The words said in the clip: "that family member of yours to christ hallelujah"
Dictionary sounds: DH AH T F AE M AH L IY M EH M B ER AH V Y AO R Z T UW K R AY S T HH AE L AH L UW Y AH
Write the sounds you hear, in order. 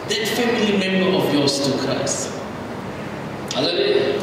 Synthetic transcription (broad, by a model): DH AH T F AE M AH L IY M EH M B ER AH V Y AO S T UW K AY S HH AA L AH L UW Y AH